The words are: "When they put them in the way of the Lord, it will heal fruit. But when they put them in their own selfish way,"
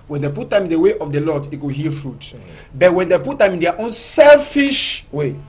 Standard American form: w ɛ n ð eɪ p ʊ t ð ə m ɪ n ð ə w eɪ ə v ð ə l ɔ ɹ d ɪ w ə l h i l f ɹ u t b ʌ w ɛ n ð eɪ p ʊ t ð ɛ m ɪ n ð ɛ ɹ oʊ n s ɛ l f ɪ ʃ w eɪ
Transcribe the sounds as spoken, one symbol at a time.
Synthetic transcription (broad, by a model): w ɛ n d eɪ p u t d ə m ɪ n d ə w eɪ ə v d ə l ɔ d ɪ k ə h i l f ɹ u t b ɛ w ɛ n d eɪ p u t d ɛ m ɪ n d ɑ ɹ oʊ n s ɛ l f ɪ ʃ w eɪ